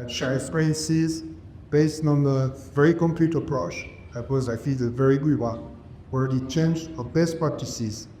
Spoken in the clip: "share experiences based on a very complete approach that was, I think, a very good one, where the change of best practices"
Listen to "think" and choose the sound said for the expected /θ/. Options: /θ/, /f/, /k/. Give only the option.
/f/